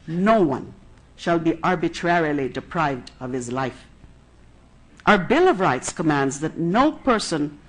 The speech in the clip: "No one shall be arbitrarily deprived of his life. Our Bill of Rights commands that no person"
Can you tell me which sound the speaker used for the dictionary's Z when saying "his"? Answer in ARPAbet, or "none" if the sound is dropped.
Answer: Z